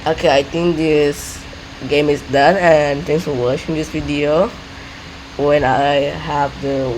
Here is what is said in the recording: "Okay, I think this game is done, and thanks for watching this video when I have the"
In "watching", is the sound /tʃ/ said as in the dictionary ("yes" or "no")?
no